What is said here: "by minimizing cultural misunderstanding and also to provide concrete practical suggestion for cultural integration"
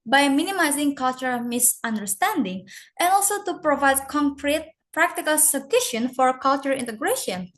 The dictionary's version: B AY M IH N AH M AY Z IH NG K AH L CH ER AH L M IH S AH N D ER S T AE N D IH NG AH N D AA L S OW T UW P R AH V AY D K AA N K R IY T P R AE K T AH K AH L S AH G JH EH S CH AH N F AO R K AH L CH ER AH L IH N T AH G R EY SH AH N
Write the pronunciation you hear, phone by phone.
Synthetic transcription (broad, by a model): B AY M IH N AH M AY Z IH NG K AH L CH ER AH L M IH S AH N D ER S T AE N D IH NG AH N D AA L S OW T UW P R AH V AY D K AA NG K R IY T P R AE K T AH K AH L S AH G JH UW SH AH N F AO R K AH L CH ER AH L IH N T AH G R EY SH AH N